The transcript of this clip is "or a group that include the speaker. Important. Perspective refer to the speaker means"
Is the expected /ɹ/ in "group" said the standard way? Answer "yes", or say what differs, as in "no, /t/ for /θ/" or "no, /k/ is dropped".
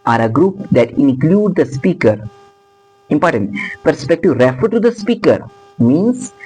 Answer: yes